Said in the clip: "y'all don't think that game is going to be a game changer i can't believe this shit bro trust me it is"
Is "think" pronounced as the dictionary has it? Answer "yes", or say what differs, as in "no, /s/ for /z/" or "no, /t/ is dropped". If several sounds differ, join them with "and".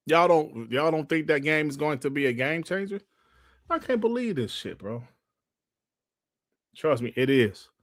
yes